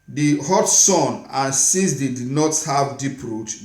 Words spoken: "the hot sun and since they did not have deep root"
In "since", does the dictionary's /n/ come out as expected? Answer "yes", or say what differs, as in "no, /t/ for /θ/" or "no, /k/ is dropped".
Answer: no, /n/ is dropped